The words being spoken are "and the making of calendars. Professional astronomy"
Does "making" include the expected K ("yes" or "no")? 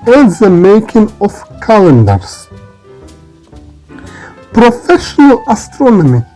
yes